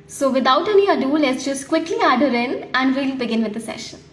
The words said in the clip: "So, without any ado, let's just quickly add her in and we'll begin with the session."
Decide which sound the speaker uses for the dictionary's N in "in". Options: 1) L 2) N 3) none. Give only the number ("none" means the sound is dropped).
1